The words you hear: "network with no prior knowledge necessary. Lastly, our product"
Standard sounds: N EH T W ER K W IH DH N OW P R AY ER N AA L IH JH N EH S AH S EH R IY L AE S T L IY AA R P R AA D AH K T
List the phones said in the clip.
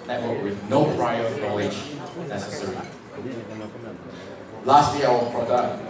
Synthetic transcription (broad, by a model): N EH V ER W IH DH N OW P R AY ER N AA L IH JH N EH S AH S EH R IY L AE S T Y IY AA L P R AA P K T